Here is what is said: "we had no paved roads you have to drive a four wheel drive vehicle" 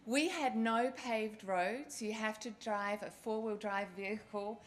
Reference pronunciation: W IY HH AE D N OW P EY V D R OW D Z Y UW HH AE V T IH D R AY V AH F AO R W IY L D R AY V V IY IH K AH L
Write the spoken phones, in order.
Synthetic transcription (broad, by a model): W IY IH D N OW P EY V D R OW D Z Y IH HH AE F T IH D R AY V AH F AO R W IY L D R AY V V IY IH K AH L